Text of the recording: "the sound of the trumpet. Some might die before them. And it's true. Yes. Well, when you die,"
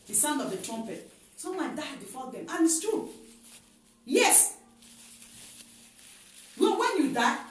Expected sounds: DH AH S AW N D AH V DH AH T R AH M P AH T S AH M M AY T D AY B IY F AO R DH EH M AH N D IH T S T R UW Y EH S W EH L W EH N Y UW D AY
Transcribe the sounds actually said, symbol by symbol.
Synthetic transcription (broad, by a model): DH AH S AW N D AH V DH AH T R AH M P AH T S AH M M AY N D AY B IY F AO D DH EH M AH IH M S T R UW Y EH S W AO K W EH N Y UW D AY